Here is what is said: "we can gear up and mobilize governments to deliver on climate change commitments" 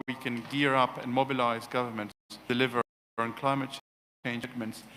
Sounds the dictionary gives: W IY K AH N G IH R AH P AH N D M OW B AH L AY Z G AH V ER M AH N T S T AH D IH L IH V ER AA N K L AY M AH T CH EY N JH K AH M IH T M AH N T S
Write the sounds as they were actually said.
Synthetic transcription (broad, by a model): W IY K AH N G IH R AH P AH N M OW B AH L AY Z G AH V ER M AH N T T D IH L IH V ER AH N K L AY M AH T CH EY N JH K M M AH N T S